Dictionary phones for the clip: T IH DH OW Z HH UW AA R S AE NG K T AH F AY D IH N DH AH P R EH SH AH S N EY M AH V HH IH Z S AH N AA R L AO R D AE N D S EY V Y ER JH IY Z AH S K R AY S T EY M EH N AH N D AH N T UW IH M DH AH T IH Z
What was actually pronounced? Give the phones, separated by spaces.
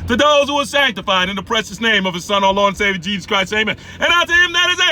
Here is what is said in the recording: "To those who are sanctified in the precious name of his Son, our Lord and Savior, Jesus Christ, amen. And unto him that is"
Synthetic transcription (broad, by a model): T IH DH OW Z HH UW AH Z S AE NG K T AH F AY D IH N DH AH P R EH SH AH S N EY M AH V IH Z S AH N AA L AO N S EY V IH JH IY Z AH S K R AY S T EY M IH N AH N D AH T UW IH M DH AH T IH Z